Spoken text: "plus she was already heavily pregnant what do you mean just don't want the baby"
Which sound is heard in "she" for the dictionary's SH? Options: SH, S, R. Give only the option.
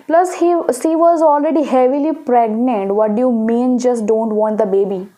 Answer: S